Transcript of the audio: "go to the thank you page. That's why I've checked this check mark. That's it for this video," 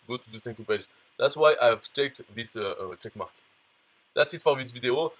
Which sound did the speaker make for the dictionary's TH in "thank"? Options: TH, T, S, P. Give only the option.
S